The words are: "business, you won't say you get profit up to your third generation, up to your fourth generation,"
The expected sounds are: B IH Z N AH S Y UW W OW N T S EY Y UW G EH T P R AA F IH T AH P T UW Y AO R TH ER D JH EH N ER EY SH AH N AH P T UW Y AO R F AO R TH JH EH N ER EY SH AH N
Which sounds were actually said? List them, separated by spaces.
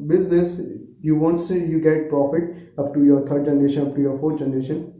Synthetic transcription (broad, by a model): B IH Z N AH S Y UW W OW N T S EY Y UW G EH T P R AA F IH T AH P T UW Y AO R T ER D JH EH N ER EY SH AH N AH P T UW Y AO R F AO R T JH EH N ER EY SH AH N